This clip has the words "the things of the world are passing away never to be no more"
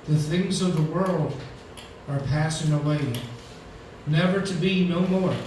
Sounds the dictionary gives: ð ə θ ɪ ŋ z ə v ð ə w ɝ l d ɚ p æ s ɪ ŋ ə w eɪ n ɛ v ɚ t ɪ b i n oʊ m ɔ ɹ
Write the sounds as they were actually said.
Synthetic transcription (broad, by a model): ð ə θ ɪ ŋ z ə v ð ə w ɝ l d ɚ p æ s ɪ ŋ ə w eɪ n ɛ v ɚ t ɪ b i n oʊ m ɔ ɹ